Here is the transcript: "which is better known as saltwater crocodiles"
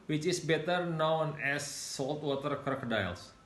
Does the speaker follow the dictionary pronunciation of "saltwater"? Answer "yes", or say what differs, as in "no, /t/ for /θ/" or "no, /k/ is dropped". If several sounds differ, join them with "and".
yes